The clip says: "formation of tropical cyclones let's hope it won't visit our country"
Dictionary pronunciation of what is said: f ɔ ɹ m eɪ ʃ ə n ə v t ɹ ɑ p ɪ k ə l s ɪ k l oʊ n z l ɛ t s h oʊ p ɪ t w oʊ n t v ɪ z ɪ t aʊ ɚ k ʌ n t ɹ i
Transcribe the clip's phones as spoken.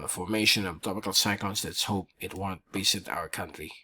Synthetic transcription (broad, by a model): f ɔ ɹ m eɪ ʃ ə n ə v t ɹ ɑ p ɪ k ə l s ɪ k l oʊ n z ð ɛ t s h oʊ p ɪ t w oʊ n t b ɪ s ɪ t aʊ ɚ k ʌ n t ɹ i